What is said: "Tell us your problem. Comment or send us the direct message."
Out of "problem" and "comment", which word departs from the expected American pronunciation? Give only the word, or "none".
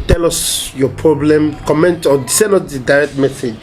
none